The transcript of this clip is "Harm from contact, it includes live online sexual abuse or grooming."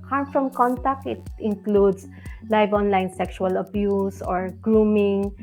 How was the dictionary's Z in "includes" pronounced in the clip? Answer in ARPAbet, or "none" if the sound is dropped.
S